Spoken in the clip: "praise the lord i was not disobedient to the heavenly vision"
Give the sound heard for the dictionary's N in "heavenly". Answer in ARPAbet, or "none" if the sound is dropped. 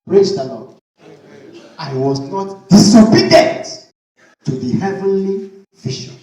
N